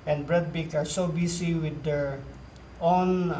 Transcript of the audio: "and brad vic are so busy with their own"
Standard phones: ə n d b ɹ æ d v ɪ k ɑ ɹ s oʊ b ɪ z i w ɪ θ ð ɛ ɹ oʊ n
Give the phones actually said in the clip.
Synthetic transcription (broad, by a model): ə n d b ɹ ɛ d b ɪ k ɑ ɹ s oʊ b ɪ s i w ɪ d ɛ ɹ oʊ n